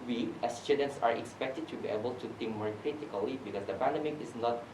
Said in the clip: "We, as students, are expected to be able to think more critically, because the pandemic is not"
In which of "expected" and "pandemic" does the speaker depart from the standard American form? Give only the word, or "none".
none